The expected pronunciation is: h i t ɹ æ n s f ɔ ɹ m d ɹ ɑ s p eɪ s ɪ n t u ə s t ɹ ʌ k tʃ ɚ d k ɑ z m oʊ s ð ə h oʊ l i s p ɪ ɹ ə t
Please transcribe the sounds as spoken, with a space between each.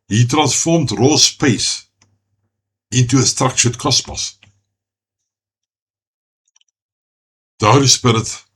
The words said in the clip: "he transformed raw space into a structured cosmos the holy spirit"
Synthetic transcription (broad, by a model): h i t ɹ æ n s f ɔ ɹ m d ɹ ɑ s p eɪ s ɪ n t u ə s t ɹ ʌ k ʃ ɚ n k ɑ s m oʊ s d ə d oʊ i s p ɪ ɹ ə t